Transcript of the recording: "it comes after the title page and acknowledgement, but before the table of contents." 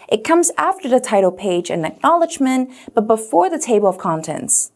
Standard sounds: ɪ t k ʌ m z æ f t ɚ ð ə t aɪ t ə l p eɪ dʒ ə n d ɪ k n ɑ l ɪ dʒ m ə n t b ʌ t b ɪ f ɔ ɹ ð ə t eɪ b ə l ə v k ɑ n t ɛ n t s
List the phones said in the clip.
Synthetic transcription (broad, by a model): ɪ t k ʌ m z æ f t ɚ ð ə t aɪ t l p eɪ dʒ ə n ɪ k n ɑ l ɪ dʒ m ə n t b ʌ t b ɪ f ɔ ɹ ð ə t eɪ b l ə v k ɑ n t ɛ n t s